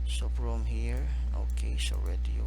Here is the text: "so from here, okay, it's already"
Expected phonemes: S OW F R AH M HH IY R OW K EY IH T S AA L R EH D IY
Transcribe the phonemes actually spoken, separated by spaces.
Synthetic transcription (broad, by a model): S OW P R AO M HH IY R OW K EY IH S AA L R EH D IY